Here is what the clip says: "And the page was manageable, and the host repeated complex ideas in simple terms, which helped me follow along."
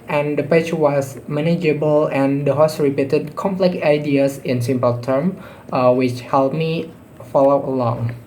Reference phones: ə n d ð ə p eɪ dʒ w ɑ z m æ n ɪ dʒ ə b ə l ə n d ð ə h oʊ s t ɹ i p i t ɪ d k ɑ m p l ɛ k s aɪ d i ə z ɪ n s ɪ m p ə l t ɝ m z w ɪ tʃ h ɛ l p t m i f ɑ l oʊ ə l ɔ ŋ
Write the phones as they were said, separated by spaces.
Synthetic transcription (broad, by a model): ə n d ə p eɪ tʃ w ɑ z m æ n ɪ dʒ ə b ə l ə n d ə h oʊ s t ɹ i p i t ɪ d k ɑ m p l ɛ k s aɪ d i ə s ɪ n s ɪ m p ə l t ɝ m w ɪ tʃ h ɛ l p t m i f ɑ l oʊ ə l ɔ ŋ